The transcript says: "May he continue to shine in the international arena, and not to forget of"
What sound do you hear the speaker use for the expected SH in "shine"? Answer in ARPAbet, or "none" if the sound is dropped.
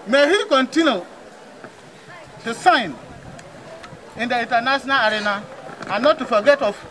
S